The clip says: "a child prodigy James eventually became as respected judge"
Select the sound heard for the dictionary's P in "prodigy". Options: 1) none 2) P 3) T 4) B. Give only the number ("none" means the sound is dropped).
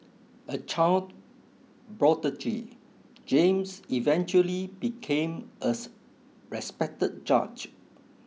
4